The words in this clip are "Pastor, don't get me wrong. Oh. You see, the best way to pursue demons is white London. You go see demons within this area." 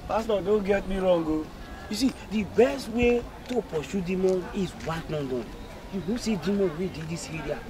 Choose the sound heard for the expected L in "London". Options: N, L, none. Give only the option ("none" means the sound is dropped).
N